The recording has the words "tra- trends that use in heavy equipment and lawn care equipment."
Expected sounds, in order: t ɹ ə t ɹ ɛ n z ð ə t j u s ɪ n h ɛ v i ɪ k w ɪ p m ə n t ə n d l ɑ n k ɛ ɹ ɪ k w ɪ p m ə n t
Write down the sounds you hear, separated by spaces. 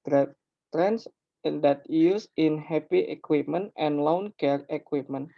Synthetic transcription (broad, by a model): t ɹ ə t ɹ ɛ n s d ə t j u s ɪ n h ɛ p i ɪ k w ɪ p m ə n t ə n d l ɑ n k ɛ ɹ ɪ k w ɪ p m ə n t